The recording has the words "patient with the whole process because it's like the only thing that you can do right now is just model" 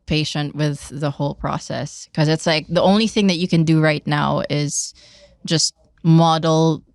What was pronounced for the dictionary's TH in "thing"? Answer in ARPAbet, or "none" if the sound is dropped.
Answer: TH